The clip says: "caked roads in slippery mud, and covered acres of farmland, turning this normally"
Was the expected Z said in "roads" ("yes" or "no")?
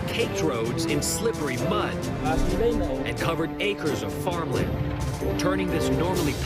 yes